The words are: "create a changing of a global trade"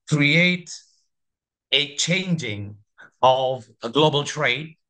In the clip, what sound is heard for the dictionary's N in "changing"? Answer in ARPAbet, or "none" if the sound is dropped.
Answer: N